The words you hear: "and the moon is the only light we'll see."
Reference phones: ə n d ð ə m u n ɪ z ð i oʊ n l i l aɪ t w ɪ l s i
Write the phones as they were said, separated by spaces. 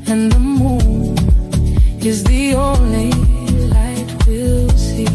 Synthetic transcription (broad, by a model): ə n ð ə m u n ɪ z ð i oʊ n i l aɪ t w ɪ l s i